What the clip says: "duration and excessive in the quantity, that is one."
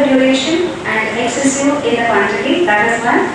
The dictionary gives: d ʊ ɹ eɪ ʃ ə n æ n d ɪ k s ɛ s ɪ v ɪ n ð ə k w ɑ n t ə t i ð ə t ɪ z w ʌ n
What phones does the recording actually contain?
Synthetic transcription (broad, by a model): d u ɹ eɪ ʃ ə n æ n d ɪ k s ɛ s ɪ ɪ n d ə k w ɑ n t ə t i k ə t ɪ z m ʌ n